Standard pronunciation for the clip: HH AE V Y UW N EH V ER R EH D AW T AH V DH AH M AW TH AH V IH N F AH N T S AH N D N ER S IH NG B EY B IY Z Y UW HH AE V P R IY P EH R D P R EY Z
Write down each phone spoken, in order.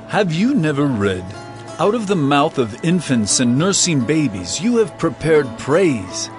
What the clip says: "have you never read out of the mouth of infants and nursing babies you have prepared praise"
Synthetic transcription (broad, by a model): HH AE V Y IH N EH V ER R EH D AW T AH V DH AH M AW TH AH V IH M F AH N T S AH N N ER S IH NG B EY B IY Z Y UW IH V P R IY P EH R D P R EY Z